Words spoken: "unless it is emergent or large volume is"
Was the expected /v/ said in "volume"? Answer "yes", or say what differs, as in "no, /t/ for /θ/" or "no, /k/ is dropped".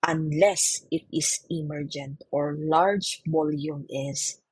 no, /b/ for /v/